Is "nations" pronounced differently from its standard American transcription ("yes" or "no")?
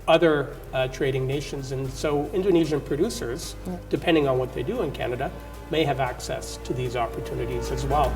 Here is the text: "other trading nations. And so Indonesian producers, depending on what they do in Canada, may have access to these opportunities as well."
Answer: no